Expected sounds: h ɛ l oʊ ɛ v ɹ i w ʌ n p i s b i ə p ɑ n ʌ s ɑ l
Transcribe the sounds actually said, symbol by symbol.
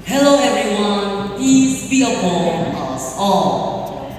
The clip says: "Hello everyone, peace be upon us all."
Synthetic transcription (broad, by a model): h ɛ l oʊ ɛ v ɹ i w ʌ n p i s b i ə b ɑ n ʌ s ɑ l